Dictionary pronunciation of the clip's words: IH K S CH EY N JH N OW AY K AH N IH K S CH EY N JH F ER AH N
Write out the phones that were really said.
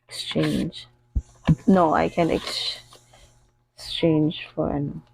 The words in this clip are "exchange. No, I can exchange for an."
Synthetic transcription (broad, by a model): K S CH EY N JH N OW AY K AH N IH K S CH EY N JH F ER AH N